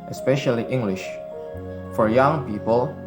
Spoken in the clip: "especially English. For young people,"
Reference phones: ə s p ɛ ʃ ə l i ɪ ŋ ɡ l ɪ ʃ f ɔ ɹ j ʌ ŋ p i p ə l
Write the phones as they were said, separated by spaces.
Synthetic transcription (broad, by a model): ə s p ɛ ʃ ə l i ɪ ŋ ɡ l ɪ ʃ f ɔ ɹ j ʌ ŋ p i p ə l